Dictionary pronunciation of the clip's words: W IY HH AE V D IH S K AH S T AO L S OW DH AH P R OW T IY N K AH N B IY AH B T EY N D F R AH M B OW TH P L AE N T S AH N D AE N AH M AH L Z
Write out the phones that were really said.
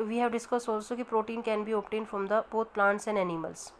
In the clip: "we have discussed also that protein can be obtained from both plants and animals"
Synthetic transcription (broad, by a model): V IY HH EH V D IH S K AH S AO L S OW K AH P R OW T IY N K AH N B IY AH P T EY N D F R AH M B OW T P L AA N T S AH N D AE N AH M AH L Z